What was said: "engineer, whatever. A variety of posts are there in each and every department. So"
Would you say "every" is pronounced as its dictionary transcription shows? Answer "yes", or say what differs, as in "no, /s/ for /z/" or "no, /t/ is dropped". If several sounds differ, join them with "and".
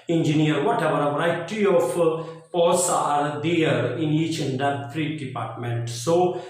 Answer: no, /f/ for /v/